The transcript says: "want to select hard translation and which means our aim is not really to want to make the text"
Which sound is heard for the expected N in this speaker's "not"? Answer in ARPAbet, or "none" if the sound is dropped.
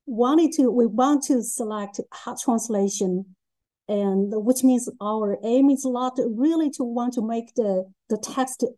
L